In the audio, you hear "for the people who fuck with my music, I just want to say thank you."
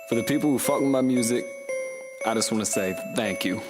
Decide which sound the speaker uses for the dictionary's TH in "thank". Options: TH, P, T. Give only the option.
TH